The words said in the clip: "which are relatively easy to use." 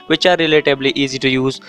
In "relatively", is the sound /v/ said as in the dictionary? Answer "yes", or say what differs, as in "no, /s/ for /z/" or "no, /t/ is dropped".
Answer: no, /b/ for /v/